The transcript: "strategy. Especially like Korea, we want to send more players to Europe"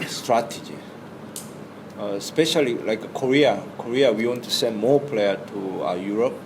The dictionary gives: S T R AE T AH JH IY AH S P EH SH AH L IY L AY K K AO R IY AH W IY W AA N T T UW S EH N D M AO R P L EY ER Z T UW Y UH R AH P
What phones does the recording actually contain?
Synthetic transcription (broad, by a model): S T R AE T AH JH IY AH S P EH SH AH L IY L AY K K AO R IY AH W IY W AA N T T UW S EH N D M AO P L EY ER T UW Y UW R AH P